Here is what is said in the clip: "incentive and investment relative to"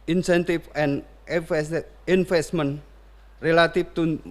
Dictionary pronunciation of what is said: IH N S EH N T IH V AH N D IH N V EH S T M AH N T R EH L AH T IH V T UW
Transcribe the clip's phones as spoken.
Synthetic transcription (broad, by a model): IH N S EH N T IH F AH N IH N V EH S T M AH N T R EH L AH T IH F T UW